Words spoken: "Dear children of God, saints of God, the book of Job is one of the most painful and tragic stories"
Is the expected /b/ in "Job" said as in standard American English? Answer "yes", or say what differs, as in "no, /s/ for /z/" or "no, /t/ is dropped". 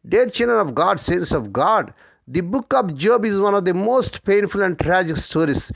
yes